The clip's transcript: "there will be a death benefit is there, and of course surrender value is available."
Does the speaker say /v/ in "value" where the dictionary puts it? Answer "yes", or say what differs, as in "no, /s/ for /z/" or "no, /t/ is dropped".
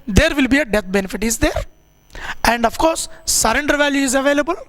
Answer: yes